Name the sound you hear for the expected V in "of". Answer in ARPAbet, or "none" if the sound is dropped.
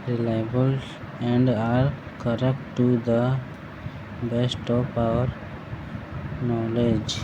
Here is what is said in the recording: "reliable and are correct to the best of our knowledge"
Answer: P